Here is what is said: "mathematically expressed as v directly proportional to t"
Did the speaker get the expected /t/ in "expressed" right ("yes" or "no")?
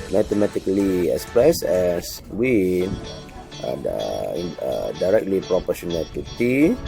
no